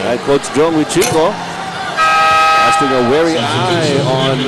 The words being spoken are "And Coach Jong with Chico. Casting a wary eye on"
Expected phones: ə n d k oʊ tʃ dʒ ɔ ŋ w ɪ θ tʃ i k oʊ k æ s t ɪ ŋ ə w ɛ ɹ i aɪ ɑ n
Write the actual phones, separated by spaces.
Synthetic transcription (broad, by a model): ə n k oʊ s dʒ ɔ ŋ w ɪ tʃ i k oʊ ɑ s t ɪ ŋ ə w ɛ ɹ i aɪ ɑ n